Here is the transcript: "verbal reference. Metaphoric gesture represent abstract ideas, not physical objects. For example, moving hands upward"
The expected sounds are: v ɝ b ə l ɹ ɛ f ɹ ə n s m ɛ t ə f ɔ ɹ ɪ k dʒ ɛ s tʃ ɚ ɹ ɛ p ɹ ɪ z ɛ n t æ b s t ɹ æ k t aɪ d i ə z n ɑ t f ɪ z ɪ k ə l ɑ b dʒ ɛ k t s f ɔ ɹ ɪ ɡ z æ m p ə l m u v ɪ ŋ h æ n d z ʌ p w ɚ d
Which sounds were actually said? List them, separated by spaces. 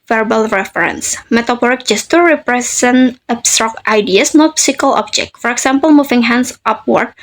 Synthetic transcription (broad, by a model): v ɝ b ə l ɹ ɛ f ɹ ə n s m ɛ t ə p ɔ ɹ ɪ k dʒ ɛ s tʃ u ɹ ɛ p ɹ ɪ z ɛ n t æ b s t ɹ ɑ k t aɪ d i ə s n ɑ t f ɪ s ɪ k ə l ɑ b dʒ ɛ k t f ɔ ɹ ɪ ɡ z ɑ m p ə l m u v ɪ ŋ h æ n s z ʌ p w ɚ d